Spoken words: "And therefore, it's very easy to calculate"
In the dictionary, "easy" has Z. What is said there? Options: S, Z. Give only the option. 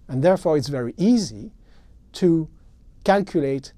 Z